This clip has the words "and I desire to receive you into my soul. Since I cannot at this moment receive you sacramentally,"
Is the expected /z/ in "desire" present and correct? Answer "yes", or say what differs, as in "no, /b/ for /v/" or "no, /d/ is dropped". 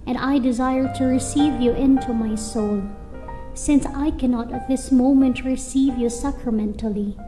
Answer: yes